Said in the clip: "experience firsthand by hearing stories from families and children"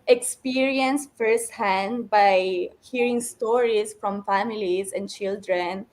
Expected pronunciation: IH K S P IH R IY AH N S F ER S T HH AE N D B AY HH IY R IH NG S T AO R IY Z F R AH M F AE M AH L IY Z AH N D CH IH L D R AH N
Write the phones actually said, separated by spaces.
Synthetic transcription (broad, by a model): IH K S P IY R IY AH N S F ER S T HH AE N D B AY HH IY R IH NG S T AO R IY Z F R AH M F AE M AH L IY Z AH N D CH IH L D R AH N